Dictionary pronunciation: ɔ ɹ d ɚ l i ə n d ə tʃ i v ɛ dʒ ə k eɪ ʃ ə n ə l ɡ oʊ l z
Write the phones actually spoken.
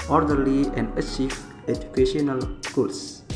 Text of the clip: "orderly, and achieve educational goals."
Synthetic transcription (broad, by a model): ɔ ɹ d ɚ l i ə n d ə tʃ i f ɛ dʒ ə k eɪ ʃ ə n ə l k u l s